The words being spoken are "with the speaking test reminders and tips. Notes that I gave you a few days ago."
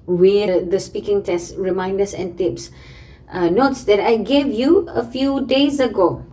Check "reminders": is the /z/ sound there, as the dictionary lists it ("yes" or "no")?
no